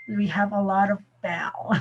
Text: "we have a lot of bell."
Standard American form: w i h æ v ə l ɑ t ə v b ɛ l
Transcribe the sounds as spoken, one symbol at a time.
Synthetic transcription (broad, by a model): w i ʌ v ə l ɑ t ə v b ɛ l